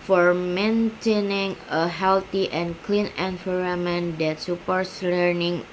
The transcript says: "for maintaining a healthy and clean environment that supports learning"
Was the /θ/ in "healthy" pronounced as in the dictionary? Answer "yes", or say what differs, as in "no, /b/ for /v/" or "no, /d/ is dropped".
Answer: no, /t/ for /θ/